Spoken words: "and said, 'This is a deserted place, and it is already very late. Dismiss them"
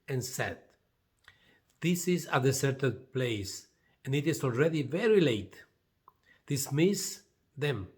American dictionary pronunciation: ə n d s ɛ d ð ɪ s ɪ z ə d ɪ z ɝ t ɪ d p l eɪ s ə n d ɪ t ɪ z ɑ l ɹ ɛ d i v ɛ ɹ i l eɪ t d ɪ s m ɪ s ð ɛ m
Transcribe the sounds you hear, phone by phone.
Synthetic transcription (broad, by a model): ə n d s ɛ d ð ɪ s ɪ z ə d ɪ s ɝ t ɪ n p l eɪ s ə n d ɪ t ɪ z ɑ l ɹ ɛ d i v ɛ ɹ i l eɪ t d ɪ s m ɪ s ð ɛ m